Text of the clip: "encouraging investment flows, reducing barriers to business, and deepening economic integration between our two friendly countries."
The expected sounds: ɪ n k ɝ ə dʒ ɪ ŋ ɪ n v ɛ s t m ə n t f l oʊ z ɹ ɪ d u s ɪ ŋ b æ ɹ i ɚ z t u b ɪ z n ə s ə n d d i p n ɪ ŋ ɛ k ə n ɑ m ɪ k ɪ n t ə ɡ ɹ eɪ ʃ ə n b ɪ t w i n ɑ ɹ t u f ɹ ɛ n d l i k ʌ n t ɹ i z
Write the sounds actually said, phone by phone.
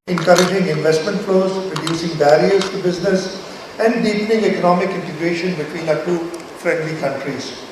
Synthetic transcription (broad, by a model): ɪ n k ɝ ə dʒ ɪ ŋ ɪ n v ɛ s t m ə n t f l oʊ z ɹ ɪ d u s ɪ ŋ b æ ɹ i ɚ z t u b ɪ z n ə s ə n d d i p n ɪ ŋ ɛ k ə n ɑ m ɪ k ɪ n t ə ɡ ɹ eɪ ʃ ə n b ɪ t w i n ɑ t u f ɹ ɛ n d l i k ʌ n t ɹ i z